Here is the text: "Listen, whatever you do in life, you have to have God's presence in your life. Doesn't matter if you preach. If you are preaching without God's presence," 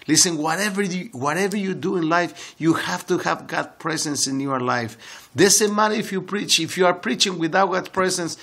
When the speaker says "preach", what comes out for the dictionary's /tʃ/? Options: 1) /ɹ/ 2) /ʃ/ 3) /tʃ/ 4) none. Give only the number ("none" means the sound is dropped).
3